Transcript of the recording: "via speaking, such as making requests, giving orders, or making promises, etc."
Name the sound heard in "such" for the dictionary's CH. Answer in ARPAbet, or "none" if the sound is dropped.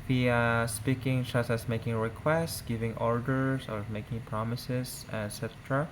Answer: S